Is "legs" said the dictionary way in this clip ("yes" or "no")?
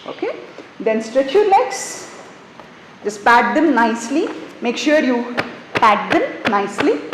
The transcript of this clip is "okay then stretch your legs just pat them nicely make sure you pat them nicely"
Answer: no